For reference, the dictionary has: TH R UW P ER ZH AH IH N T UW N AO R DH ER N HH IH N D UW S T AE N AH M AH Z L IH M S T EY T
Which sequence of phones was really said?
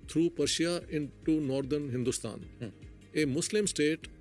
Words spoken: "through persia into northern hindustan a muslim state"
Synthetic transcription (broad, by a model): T R UW P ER SH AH IH N T UW N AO R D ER N HH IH N D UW S T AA N AH M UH S L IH M S T EY T